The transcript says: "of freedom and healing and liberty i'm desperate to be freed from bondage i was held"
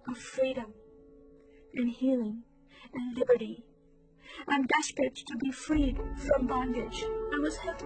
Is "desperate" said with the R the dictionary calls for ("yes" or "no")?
no